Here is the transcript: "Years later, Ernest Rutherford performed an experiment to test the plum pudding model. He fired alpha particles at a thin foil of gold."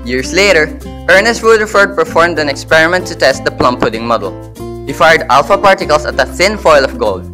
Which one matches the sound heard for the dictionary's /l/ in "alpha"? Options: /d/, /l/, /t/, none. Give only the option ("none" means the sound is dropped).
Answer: /l/